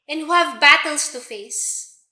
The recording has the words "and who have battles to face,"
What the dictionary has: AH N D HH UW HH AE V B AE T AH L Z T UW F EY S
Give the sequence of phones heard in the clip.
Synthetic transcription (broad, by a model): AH N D HH UW HH AE V B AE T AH L S T UW F EY S